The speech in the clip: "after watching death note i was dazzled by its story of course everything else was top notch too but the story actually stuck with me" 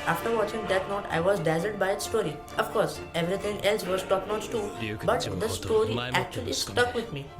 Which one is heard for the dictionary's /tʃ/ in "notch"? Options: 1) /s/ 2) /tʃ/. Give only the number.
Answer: 1